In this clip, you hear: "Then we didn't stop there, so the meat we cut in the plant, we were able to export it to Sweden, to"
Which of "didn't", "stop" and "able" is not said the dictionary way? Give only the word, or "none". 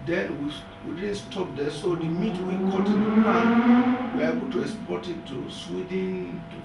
didn't